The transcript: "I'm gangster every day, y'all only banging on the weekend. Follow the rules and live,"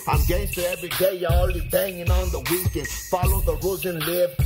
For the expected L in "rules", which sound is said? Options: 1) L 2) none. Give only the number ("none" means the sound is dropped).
2